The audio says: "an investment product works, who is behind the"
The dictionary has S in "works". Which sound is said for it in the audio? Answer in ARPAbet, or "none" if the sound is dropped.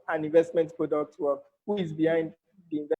none